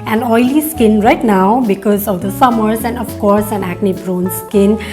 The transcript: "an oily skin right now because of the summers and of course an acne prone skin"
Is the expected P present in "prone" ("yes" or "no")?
no